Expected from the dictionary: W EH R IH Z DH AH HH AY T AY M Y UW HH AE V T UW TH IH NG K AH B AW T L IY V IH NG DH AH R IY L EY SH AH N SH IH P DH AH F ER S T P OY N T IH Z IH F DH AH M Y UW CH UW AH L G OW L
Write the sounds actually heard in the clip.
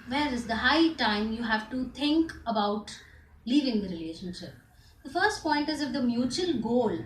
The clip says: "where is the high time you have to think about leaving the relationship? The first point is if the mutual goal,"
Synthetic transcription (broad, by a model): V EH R IH Z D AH HH AY T AY M Y UW HH AE V T UW T IH NG K AH B AW T L IY V IH NG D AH R IY L EY SH AH N SH IH P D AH F ER S T P OY N T IH Z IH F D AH M Y UW CH UW AH L G OW L